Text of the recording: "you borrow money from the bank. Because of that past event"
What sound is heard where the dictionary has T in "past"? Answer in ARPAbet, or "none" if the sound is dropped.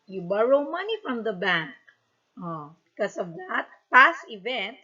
T